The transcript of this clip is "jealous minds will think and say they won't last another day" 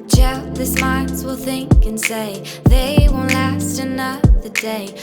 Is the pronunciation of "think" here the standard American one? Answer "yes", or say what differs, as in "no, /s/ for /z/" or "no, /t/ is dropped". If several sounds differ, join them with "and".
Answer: yes